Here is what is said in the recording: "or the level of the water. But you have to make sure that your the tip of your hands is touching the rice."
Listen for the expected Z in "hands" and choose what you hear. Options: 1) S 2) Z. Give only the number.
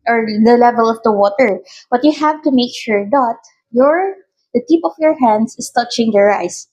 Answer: 1